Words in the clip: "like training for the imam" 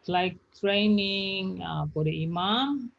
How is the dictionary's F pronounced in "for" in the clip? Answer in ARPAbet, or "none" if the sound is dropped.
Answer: P